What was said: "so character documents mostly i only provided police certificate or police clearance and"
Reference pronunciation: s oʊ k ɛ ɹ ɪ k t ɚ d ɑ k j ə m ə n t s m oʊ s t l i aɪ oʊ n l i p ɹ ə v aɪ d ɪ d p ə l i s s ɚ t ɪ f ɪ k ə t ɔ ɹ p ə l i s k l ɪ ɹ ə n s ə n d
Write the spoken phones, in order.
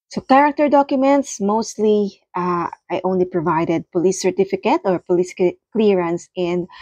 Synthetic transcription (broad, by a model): s oʊ k ɛ ɹ ɪ k t ɚ d ɑ k j ə m ə n t s m oʊ s t l i aɪ oʊ n l i p ɹ ə v aɪ d ɪ d p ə l i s s ɚ t ɪ f ɪ k ə t ɔ ɹ p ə l i s k l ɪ ɹ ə n s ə n d